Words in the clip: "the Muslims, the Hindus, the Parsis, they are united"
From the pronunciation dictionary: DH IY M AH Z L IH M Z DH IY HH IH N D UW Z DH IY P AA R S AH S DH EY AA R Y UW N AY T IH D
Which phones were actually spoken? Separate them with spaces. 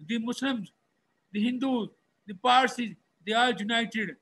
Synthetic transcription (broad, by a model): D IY M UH S L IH M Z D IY HH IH N D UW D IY P AA R S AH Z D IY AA L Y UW N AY T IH D